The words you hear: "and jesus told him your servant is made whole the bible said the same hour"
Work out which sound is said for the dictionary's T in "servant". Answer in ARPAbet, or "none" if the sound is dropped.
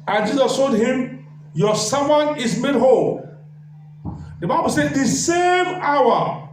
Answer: none